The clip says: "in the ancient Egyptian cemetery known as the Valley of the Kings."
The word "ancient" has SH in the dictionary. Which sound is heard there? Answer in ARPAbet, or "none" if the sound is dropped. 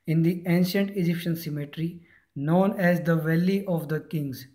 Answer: SH